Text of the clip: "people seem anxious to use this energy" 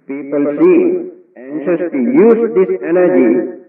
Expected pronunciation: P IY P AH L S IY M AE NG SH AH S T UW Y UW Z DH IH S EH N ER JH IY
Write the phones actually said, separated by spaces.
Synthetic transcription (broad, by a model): P IY P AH L S IY AE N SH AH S T UW Y UW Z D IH S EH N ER JH IY